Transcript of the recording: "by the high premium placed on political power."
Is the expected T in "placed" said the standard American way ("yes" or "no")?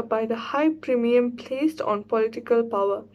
yes